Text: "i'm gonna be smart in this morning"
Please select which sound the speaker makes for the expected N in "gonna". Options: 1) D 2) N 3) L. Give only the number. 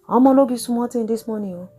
3